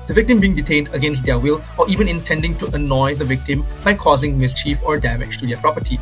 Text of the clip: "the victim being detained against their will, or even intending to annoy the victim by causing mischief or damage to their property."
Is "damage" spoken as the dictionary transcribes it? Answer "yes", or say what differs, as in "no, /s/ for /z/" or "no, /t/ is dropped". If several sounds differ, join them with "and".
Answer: no, /tʃ/ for /dʒ/